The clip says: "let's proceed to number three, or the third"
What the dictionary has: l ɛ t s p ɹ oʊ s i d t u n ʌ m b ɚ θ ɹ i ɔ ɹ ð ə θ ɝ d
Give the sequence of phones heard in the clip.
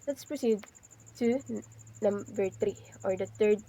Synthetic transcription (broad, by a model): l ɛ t s p ɹ oʊ s i d t u n ʌ m b ɚ t ɹ i ɔ ɹ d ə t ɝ d